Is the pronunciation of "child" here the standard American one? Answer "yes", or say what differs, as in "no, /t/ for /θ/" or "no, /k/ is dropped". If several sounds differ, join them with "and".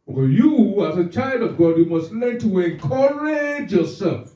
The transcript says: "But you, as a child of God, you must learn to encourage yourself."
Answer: yes